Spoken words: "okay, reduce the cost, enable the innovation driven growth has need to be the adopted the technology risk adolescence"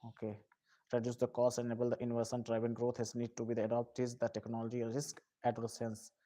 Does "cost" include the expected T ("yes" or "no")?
no